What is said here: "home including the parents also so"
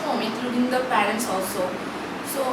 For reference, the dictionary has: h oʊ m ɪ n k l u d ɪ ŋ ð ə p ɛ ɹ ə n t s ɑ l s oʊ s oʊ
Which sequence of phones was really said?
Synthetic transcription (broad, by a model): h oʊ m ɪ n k l u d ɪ ŋ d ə p ɛ ɹ ə n t s ɑ l s oʊ s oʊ